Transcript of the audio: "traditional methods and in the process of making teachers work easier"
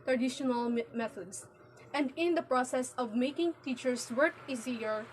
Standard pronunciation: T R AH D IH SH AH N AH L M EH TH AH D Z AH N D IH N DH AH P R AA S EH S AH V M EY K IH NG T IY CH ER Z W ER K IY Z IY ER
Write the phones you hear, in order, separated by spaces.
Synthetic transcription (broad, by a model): T R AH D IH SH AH N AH L M EH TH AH D S AH N D IH N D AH P R AA S EH S AH V M EY K IH NG T IY CH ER S W ER K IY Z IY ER